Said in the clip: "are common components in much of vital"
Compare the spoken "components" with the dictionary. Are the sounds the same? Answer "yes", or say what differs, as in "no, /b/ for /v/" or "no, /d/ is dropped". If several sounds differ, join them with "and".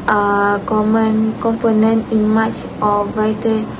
no, /s/ is dropped